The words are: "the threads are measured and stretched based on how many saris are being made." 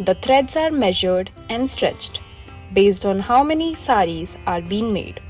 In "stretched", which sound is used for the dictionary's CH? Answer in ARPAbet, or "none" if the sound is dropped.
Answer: CH